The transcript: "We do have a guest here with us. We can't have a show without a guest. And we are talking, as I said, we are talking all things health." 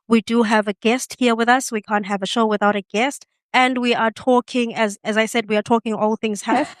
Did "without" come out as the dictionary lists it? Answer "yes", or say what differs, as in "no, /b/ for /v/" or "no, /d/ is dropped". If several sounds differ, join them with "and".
yes